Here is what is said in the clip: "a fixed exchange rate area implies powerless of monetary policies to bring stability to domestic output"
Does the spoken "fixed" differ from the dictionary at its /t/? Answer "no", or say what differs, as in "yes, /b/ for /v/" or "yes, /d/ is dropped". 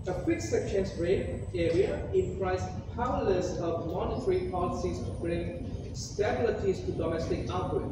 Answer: yes, /t/ is dropped